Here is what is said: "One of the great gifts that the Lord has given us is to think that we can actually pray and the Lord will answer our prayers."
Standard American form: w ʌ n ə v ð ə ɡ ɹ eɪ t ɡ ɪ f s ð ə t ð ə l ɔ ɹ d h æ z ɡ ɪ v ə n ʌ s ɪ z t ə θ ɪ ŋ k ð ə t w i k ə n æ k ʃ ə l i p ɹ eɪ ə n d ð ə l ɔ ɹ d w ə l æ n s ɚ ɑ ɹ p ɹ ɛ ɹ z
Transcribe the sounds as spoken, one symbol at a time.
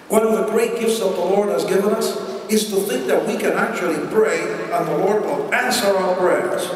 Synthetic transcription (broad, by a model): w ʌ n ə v ð ə ɡ ɹ eɪ t ɡ ɪ f s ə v ð ə l ɔ ɹ d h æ z ɡ ɪ v ə n ʌ s ɪ z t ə θ ɪ ŋ k ð ə t w i k ə n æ k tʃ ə l i b ɹ eɪ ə n ð ə l ɔ ɹ d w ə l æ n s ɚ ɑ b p ɹ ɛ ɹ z